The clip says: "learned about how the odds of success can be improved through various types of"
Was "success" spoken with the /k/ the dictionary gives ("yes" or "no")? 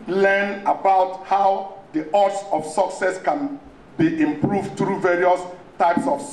yes